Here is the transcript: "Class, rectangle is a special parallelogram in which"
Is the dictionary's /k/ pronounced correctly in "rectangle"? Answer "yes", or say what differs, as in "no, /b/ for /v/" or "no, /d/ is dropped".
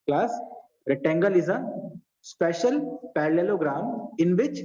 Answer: no, /k/ is dropped